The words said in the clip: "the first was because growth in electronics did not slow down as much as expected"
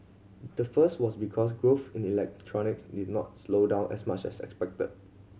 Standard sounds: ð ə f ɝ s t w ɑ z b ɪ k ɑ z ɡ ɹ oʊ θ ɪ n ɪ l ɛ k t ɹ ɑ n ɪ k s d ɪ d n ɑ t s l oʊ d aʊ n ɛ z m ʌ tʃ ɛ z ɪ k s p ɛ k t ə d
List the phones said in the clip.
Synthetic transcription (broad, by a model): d ə f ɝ s t w ɑ s b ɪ k ɑ s ɡ ɹ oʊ f ɪ n ɪ l ɛ k t ɹ ɑ n ɪ k s d ɪ d n ɑ t s l oʊ d aʊ n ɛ s m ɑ tʃ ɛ s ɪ k s p ɛ k t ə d